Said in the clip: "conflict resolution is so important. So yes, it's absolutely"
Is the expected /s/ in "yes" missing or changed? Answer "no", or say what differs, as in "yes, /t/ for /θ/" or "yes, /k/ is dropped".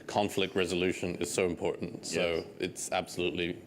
yes, /s/ is dropped